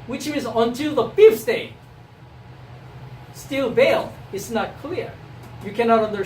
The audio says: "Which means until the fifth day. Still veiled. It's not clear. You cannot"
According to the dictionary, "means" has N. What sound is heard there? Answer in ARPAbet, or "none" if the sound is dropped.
none